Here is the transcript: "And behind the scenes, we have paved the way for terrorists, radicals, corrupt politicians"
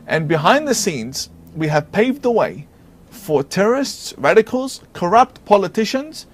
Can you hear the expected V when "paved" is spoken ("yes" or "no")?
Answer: yes